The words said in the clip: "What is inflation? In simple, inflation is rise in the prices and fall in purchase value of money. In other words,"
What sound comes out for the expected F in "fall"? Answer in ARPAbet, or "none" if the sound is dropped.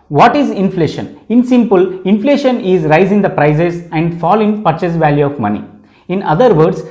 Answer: F